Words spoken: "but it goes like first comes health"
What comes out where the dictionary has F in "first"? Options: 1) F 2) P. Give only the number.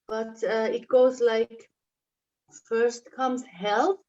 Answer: 1